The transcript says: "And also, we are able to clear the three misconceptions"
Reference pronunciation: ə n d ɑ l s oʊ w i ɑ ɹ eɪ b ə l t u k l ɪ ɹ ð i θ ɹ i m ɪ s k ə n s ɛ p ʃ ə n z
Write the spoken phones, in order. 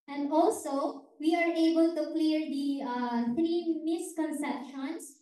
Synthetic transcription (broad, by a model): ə n d ɑ l s oʊ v i ɑ ɹ eɪ b ə l t u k l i ɹ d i t ɹ i m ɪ s k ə n s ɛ p ʃ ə n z